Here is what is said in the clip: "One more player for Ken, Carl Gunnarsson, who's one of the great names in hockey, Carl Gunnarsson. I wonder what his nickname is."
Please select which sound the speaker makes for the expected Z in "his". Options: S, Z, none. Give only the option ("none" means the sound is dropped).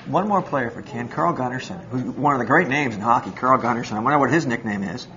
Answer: Z